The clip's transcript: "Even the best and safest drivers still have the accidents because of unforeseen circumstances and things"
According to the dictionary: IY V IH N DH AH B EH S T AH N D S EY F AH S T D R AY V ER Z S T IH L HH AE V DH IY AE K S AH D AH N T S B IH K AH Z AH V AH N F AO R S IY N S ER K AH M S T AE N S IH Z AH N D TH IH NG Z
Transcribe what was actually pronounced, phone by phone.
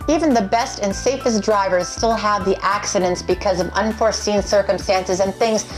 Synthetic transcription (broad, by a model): IY V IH N DH AH B EH S T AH N S EY F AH S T D R AY V ER Z S T IH L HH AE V DH IY AE K S AH D AH N T S B IH K AH Z AH V AH N F AO R S IY N S ER K AH M S T AE N S IH Z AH N TH IH NG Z